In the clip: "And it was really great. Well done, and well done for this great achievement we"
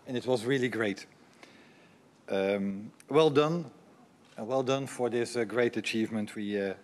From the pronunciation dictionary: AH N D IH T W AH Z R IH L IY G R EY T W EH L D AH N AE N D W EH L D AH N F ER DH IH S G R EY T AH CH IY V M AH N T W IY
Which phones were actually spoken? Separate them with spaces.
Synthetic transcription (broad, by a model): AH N IH T W AH Z R IH L IY G R EY T W EH L D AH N N W EH L D AH N F ER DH IH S G R EY T AH CH IY V M AH N T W IY